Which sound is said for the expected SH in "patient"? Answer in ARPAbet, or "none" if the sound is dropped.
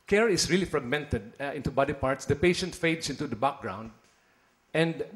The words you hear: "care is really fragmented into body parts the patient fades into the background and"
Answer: SH